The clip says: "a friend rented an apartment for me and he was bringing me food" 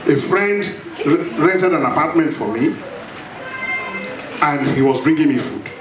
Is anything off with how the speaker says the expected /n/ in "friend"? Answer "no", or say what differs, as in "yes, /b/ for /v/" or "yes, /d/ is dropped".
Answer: no